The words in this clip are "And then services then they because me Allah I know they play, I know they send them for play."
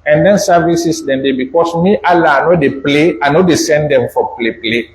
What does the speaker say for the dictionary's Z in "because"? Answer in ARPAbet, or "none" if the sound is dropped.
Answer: S